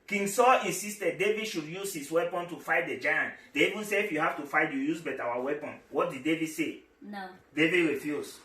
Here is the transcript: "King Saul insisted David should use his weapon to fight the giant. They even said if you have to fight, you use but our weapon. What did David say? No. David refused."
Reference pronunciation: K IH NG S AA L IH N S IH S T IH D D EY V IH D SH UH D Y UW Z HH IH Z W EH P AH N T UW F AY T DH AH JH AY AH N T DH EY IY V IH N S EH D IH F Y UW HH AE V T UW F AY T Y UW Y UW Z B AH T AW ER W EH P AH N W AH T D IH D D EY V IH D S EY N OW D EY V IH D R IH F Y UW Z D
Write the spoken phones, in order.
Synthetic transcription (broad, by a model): K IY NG S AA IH N S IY S T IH D D EY V IH D SH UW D Y UW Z HH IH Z W EH P AH N T UW F AY T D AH JH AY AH N T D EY IY V IH N S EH IH F Y UW HH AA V T UW F AY T Y UW Y UW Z B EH T AW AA W EH P AH N W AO T D IH D D EY V IH D S EY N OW D EY V IH D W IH F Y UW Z